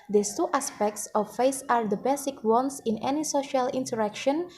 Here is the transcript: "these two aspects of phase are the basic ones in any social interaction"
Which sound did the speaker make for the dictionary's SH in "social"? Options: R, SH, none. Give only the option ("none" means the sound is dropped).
SH